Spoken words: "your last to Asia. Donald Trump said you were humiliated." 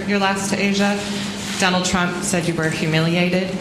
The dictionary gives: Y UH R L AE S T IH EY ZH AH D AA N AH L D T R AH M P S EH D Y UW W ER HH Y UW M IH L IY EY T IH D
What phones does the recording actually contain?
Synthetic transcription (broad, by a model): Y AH R L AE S T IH EY ZH AH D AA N L D T R AH M P S EH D Y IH W ER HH Y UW M IH L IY EY T IH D